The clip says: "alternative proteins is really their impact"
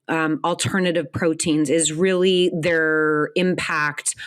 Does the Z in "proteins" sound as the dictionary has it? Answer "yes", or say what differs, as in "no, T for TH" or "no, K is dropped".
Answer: yes